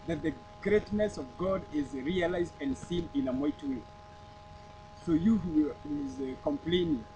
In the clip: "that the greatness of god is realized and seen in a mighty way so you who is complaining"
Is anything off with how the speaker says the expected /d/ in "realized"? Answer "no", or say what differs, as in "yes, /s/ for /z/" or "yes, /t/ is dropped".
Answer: no